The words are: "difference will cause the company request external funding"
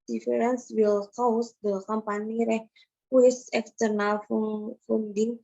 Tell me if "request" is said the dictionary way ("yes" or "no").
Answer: no